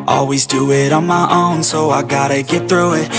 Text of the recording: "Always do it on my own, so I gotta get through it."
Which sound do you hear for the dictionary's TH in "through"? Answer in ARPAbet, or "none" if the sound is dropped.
TH